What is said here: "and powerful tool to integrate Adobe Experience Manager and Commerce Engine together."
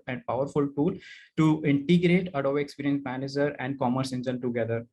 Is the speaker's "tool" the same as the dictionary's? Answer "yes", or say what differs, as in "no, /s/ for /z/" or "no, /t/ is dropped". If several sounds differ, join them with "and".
yes